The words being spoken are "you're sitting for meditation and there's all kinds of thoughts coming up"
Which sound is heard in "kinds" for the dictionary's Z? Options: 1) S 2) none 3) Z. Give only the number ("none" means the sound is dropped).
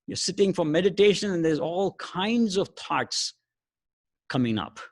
3